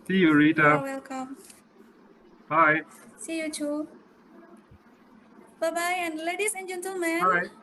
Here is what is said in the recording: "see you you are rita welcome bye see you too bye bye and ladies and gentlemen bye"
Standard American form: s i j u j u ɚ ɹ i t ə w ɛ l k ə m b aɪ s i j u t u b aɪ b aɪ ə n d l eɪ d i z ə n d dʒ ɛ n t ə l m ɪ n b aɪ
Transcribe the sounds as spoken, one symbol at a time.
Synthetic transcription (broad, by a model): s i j j u ɹ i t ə w ɛ l k ə m b aɪ s i j u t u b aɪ b aɪ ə n l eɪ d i s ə n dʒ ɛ n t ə m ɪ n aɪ